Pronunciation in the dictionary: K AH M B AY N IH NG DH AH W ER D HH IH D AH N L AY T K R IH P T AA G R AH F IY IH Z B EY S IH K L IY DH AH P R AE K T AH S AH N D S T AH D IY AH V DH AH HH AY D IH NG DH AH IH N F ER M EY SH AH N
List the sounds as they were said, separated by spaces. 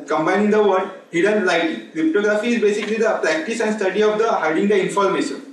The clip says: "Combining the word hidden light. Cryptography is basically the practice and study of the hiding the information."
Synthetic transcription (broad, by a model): K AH M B AY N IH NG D AH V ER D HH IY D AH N L AY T K R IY P T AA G R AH F IY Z B EY S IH K L IY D AH P R AE K T AH S AH N D S T AH D IY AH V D AH HH AY D IH NG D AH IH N F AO M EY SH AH N